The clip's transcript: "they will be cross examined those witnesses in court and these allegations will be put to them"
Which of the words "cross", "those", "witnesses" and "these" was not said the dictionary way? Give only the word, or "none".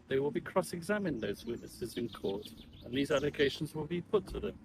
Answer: none